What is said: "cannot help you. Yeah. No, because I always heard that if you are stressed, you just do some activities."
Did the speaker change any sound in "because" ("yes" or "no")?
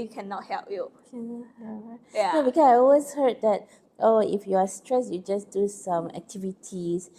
yes